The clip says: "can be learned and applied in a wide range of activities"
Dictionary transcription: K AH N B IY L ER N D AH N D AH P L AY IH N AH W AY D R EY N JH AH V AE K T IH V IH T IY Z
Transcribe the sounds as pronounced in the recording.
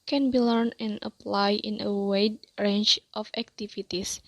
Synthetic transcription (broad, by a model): K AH N B IY L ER N AH N AH P L AY IH N AH W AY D R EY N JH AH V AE K T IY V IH T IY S